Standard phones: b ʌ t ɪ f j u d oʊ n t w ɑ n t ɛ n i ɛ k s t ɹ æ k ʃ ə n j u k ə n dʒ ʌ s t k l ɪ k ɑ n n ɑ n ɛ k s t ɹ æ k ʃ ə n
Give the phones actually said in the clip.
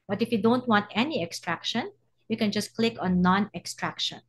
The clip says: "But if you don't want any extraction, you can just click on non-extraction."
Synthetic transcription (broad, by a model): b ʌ t ɪ f j u d oʊ n t w ɑ n t ɛ n i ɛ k s t ɹ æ k ʃ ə n j u k ə n dʒ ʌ s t k l ɪ k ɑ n n ɑ n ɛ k s t ɹ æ k ʃ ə n